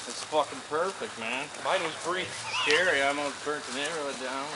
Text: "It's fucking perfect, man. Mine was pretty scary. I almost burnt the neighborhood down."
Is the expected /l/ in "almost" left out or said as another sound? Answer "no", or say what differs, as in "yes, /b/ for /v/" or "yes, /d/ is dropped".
yes, /l/ is dropped